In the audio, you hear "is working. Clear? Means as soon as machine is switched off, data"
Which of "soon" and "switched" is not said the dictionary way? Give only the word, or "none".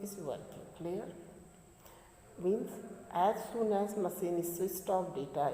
switched